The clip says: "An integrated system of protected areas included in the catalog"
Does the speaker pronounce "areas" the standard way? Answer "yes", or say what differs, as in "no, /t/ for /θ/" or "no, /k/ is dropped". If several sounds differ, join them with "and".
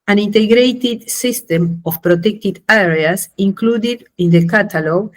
no, /s/ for /z/